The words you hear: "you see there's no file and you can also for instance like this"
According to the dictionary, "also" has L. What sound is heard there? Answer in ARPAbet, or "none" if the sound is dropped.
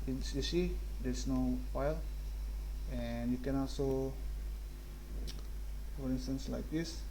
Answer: L